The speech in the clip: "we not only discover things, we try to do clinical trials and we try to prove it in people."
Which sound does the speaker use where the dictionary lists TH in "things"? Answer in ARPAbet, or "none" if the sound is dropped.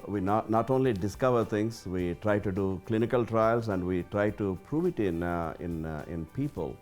T